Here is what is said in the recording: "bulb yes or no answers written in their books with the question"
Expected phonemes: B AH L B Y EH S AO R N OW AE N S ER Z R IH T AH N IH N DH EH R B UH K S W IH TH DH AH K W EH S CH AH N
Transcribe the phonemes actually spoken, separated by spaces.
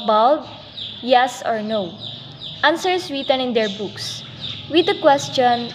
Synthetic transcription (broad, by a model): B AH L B Y EH S AO R N OW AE N S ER S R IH T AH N IH N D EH R B UH K S W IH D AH K W EH S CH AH N